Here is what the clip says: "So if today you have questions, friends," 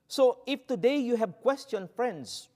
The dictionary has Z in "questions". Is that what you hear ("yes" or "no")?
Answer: no